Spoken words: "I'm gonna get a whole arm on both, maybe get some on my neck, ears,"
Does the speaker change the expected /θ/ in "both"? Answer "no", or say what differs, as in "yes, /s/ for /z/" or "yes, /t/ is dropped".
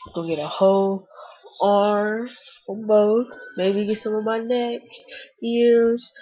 yes, /t/ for /θ/